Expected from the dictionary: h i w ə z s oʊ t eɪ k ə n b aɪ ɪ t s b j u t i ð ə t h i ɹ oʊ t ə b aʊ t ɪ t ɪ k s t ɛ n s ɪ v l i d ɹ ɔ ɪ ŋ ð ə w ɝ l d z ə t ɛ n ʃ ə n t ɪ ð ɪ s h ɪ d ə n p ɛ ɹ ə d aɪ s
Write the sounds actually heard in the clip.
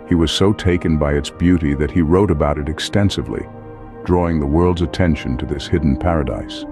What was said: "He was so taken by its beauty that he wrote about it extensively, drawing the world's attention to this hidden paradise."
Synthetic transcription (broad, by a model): h i w ə z s oʊ t eɪ k ə n b aɪ ɪ t s b j u t i ð ə t h i ɹ oʊ t ə b aʊ t ɪ t ɪ k s t ɛ n s ɪ v l i d ɹ ɔ ɪ ŋ ð ə w ɝ l d z ə t ɛ n ʃ ə n t ɪ ð ɪ s h ɪ d n p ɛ ɹ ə d aɪ s